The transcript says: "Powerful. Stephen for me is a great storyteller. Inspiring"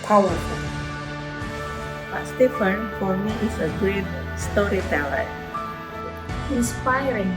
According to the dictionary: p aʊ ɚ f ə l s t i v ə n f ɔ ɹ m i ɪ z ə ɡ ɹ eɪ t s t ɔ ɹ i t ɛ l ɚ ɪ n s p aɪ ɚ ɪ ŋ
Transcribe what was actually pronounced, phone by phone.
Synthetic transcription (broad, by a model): p aʊ ɚ f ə l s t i f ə n f ɔ ɹ m i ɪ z ə ɡ ɹ eɪ t s t ɔ ɹ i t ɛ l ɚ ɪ n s p aɪ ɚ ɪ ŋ